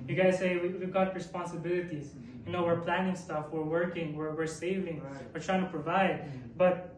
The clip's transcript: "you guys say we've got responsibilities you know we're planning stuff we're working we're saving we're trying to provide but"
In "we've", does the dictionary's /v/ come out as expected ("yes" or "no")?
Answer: no